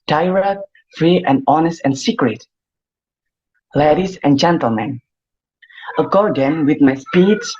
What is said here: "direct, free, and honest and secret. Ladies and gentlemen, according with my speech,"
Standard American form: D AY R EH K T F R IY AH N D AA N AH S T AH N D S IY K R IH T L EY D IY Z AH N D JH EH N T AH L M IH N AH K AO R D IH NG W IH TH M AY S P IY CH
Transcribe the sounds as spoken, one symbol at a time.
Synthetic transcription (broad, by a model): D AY R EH K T F R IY AH N D AA N AH S T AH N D S IY K R IH T L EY D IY S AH N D JH EH N T AH L M IH N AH K AO R D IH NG W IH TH M AY S P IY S